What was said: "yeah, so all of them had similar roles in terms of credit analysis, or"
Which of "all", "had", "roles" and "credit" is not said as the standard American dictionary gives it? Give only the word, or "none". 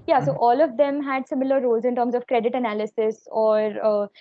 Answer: none